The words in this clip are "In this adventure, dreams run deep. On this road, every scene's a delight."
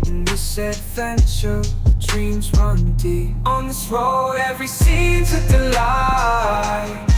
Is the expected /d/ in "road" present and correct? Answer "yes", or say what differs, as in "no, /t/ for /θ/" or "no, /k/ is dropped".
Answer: no, /d/ is dropped